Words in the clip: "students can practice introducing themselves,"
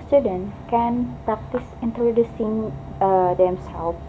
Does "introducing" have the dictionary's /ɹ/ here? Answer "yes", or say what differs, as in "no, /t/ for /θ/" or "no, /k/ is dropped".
yes